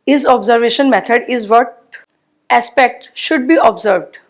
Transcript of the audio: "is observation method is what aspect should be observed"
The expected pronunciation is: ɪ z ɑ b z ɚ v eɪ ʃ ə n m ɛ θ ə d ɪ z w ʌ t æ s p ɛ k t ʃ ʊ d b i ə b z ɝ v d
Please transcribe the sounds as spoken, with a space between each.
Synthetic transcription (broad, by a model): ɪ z ɑ b z ɚ v eɪ ʃ ə n m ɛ t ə d ɪ z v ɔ t æ s p ɛ k t ʃ ʊ d b i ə b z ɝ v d